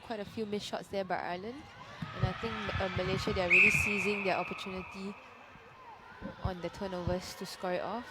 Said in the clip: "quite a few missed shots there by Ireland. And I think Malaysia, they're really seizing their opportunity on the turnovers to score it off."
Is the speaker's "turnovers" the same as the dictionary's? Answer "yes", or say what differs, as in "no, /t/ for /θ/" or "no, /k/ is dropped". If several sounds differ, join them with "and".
no, /s/ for /z/